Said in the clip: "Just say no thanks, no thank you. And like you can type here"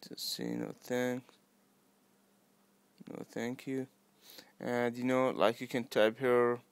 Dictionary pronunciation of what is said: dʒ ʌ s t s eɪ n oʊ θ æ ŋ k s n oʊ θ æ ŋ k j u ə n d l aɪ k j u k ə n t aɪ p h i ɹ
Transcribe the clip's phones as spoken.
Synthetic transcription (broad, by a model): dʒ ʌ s t s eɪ n oʊ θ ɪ ŋ n oʊ θ æ ŋ k j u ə n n l aɪ k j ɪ k ə n t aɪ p h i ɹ